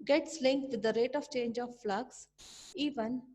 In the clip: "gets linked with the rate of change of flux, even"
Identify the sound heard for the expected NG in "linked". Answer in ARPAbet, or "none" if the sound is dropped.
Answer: NG